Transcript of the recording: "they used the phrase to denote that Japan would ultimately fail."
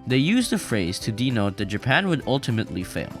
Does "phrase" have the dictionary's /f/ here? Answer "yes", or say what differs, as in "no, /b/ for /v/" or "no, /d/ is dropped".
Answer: yes